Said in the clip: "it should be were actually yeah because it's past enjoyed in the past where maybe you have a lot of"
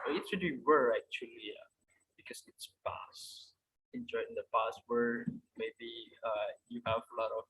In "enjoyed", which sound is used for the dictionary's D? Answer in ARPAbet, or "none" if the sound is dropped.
none